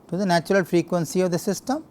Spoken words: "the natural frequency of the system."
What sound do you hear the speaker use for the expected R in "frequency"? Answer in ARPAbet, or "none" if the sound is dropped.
R